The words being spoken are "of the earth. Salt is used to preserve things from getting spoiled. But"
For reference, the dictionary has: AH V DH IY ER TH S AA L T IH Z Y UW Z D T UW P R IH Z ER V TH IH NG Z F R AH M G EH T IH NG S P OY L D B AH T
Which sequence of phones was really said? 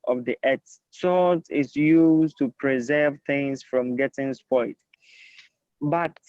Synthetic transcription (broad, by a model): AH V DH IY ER S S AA T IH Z Y UW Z T UW P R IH Z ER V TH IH NG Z F R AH M G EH T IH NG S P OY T B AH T